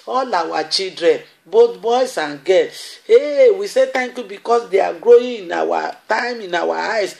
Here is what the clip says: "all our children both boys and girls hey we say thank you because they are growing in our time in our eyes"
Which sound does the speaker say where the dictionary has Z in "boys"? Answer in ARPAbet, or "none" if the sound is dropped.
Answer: S